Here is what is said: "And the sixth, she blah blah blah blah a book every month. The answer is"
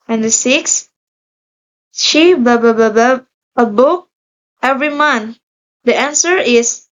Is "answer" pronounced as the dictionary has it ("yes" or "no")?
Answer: yes